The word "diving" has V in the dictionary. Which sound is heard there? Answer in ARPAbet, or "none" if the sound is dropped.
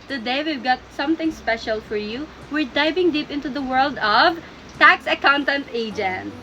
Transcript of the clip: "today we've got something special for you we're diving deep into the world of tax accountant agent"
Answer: B